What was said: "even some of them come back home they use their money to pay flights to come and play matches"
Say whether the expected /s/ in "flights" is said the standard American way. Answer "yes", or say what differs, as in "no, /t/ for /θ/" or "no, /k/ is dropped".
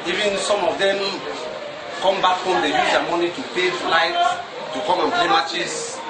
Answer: no, /s/ is dropped